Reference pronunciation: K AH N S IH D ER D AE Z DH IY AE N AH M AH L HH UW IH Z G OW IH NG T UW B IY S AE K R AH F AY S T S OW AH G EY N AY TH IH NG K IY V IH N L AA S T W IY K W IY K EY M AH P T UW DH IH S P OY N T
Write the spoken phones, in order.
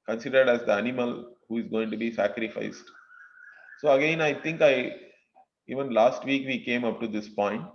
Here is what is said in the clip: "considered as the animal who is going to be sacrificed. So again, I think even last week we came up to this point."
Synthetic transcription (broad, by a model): K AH N S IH D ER D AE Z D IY AE N AH M AH L HH UW IH Z G OW IH NG T UW B IY S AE K R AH F AY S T S OW AH G EY N AY T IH NG K IY V IH N L AA S T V IY K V IY K EY M AH P T UW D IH S P OY N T